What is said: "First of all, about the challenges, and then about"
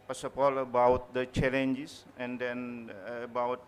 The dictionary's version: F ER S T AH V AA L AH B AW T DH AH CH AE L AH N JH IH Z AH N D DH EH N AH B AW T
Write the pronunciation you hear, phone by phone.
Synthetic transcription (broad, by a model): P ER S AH P AA L AH B AW T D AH CH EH L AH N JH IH S AH N D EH N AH B AW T